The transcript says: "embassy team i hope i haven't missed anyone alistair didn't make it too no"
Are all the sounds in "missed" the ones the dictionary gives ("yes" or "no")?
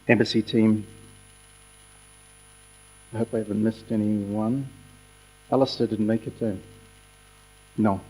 yes